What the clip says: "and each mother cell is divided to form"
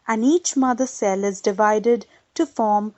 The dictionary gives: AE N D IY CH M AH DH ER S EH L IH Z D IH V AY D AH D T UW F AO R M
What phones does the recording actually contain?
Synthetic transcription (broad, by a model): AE N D IY CH M AH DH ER S EH L IH Z D IH V AY D AH D T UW F AO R M